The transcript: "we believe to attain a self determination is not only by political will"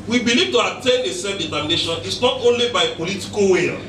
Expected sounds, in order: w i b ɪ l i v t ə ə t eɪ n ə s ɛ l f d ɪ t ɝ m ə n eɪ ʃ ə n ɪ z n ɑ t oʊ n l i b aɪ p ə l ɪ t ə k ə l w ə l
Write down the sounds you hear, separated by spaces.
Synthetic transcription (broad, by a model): w i b ɪ l i v t ə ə t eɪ n ə s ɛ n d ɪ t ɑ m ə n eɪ ʃ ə n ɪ s n ɑ t oʊ n l i b aɪ p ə l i t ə k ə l w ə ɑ